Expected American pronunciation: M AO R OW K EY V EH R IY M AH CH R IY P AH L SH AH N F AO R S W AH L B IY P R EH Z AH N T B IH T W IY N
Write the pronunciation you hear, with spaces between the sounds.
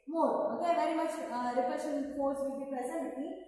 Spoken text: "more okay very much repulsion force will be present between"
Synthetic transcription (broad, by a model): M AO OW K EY V EH R IY M AH CH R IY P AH SH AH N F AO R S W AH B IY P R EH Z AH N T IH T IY